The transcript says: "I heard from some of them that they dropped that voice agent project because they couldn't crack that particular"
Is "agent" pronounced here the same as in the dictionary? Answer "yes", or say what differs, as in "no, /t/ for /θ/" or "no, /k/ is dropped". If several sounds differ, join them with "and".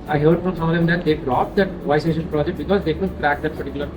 no, /ʃ/ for /dʒ/